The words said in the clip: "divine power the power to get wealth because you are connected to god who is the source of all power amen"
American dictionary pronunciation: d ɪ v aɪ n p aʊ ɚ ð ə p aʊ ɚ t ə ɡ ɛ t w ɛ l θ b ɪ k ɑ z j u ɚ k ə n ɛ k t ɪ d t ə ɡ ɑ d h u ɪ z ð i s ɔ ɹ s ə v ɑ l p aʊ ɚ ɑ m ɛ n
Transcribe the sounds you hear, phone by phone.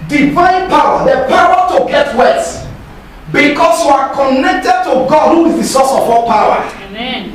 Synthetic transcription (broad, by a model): d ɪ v aɪ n p aʊ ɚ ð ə p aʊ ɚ t ə ɡ ɛ t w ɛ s b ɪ k ɑ s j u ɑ k ə n ɛ k t ɪ d t ə ɡ ɑ d h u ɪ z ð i s ɔ s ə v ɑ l p aʊ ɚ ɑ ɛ